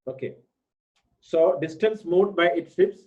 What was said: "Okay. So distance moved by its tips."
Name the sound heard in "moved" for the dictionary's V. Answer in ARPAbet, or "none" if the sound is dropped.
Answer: none